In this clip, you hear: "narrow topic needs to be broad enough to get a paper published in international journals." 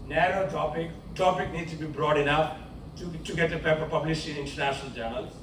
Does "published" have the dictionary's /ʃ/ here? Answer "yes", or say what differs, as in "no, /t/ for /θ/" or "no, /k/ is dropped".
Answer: no, /s/ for /ʃ/